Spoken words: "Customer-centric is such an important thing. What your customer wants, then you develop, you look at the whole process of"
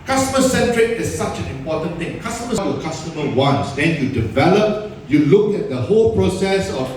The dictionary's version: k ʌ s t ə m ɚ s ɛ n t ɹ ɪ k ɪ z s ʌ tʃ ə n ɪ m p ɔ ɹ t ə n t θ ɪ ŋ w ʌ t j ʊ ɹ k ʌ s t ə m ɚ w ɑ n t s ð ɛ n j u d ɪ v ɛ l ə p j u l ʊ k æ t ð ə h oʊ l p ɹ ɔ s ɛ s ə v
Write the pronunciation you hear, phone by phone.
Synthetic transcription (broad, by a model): k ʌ s t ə m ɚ s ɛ n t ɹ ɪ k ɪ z s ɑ tʃ ə n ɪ m p ɔ t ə n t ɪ ŋ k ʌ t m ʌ w k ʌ s t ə m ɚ w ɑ n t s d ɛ n j u d ɪ v ɛ l ə p j u l ʊ k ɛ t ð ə h oʊ l p ɹ ɔ s ɛ s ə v